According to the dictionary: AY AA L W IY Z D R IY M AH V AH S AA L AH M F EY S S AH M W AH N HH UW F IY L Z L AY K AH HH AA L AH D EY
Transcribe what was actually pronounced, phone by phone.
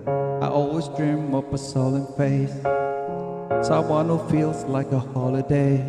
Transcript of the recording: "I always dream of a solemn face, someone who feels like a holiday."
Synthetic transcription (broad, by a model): AY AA L W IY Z D R IY M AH P AH S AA L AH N F EY S S AH M W AH N HH UW F IY L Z L AY K AH HH AA L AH D EY